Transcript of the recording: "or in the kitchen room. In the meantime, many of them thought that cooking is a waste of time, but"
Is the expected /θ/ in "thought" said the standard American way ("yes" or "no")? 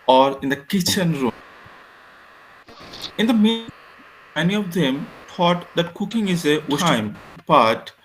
no